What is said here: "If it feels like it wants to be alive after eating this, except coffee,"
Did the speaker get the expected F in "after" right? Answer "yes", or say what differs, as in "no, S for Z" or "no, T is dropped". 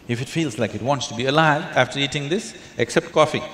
yes